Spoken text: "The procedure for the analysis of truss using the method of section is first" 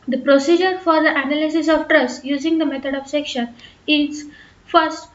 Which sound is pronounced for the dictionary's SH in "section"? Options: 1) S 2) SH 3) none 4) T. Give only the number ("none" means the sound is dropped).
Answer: 2